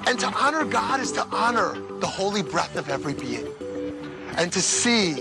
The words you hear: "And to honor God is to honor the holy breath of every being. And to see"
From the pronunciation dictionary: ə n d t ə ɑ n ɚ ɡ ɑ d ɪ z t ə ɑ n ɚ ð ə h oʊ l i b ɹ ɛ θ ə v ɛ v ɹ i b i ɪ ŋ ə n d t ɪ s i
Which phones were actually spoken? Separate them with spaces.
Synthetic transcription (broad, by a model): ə n t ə ɑ n ɚ ɡ ɑ d ɪ z t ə ɑ n ɚ ð ə h oʊ l i b ɹ ɛ θ ə v ɛ v ɹ i b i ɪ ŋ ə n t ɪ s i